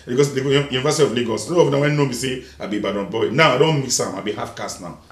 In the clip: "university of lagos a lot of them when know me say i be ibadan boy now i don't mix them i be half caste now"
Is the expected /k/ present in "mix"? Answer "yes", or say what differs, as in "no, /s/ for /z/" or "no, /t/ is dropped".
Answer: no, /k/ is dropped